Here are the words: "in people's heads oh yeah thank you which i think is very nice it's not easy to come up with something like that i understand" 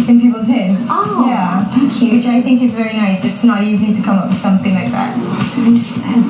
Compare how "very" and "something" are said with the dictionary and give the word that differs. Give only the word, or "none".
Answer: none